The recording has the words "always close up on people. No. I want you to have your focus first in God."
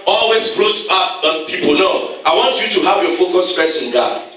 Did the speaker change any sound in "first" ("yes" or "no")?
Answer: yes